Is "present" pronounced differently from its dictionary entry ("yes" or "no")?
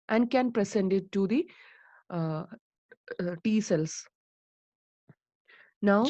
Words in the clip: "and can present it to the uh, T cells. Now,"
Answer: yes